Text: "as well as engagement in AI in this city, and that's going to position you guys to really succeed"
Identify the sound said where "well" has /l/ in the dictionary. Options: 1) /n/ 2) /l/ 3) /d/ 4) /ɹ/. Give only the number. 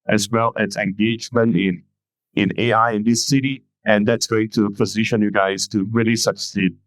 2